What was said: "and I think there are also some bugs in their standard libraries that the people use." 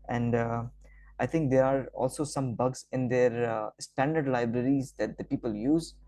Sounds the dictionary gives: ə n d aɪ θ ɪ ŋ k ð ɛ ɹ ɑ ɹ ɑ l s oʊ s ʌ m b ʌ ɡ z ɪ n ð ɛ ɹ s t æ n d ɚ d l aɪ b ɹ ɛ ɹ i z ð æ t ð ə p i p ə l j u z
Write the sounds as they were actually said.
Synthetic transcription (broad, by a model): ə n d aɪ t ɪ ŋ k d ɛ ɹ ɑ ɹ ɑ l s oʊ s ʌ m b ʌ ɡ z ɪ n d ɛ ɹ s t æ n d ɚ d l aɪ b ɹ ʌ ɹ i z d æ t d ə p i p ə l j u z